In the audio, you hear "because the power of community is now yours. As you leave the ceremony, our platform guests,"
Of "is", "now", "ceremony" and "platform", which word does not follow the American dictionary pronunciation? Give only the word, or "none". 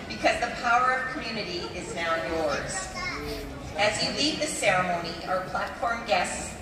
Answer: none